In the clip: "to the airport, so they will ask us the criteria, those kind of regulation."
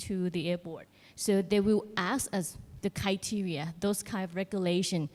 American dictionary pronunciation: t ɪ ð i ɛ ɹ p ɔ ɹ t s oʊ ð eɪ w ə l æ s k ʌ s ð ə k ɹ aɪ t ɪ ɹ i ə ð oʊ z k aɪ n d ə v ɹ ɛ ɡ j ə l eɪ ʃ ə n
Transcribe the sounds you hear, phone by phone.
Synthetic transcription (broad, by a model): t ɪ ð i ɛ ɹ p ɔ ɹ t s oʊ ð eɪ w ə l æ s ʌ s ð ə k ɹ aɪ t ɪ ɹ i ə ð oʊ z k aɪ n d ə v ɹ ɛ ɡ j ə l eɪ ʃ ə n